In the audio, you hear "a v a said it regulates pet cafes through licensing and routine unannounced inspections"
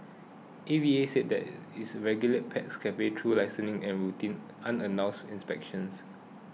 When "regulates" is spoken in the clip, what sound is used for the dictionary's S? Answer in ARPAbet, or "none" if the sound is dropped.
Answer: none